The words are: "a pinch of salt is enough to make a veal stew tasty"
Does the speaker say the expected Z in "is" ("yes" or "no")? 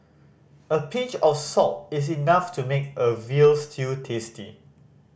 no